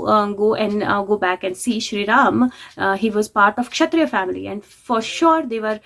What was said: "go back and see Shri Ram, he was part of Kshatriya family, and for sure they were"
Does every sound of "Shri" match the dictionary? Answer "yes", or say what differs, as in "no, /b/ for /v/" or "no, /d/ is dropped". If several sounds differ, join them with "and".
yes